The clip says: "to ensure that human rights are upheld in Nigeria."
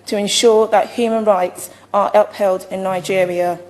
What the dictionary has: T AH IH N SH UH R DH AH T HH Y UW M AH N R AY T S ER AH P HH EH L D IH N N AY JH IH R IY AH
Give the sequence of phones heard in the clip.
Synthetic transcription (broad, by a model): T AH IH N SH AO DH AH T HH Y UW M AH N R AY T S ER AH P HH EH L D IH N N AY JH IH R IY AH